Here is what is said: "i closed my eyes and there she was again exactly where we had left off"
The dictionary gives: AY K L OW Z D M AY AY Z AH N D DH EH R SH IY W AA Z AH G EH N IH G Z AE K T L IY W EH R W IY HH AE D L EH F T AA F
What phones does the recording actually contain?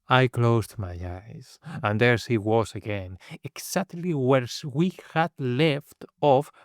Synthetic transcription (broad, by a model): AY K L OW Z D M AY AY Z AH N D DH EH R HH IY W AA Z AH G EH N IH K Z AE K T L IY W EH R W IY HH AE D L EH F T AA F